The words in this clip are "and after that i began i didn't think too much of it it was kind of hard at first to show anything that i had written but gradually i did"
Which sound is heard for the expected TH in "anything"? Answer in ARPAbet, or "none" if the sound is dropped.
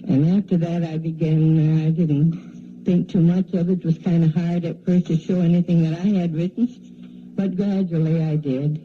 TH